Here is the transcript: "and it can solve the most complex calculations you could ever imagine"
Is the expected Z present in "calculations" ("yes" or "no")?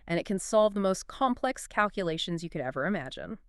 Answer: yes